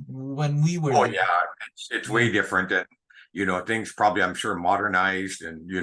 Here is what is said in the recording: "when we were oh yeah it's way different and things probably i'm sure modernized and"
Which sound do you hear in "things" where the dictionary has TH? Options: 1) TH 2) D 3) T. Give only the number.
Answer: 1